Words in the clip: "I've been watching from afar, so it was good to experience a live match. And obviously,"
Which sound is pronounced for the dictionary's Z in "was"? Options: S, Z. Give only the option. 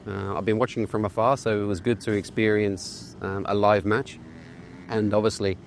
Z